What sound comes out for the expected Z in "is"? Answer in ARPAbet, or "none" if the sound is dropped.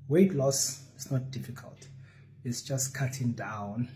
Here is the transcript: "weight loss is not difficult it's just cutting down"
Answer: S